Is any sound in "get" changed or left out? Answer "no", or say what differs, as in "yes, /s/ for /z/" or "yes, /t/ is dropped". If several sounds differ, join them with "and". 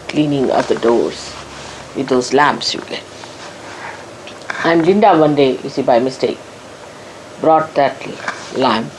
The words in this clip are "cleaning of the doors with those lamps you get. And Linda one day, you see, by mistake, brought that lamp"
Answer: yes, /t/ is dropped